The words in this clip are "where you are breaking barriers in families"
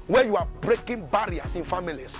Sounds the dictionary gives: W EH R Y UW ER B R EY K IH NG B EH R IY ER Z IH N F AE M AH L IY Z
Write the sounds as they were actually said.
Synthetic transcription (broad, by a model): W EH Y UW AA B R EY K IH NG B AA R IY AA S IH N F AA M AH L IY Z